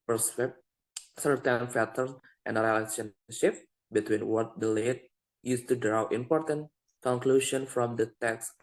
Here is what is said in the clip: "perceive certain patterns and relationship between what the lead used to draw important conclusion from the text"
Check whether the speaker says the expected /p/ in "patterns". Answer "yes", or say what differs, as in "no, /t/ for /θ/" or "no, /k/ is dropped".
no, /f/ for /p/